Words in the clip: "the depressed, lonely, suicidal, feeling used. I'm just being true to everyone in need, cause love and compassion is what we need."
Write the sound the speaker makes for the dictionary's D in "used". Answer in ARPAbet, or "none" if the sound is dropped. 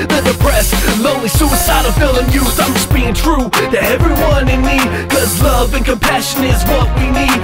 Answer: none